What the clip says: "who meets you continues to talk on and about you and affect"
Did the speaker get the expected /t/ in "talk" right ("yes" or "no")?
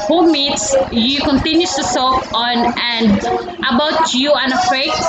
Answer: no